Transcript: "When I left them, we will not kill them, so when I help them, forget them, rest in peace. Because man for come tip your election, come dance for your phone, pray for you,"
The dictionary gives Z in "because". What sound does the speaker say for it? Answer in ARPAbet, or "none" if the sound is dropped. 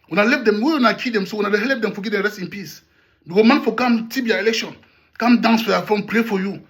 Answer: none